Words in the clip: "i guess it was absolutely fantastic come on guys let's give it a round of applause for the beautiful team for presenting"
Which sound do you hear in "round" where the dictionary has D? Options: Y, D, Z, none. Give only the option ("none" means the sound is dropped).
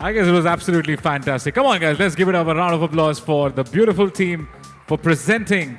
D